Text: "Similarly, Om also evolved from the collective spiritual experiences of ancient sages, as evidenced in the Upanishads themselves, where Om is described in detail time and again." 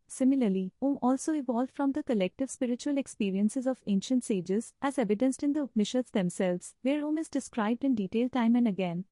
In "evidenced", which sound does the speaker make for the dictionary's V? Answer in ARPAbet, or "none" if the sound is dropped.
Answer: V